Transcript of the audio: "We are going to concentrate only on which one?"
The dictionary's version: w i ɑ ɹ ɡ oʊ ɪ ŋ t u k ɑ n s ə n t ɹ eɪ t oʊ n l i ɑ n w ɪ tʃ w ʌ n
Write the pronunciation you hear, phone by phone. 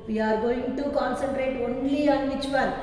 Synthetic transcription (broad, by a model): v i ɑ ɹ ɡ oʊ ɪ ŋ t u k ɑ n s ə n t ɹ eɪ t oʊ n l i ɑ n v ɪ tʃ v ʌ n